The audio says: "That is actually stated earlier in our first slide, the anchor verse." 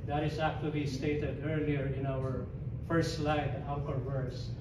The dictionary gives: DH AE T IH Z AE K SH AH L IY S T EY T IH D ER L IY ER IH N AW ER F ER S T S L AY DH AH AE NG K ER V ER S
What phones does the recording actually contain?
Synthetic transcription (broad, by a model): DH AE T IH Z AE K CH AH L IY S T EY T IH D ER L IY ER IH N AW ER F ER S S L AY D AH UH K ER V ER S